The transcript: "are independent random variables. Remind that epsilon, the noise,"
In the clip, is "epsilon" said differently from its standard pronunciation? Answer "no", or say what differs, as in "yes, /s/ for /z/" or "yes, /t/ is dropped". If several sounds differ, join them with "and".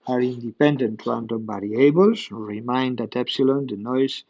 no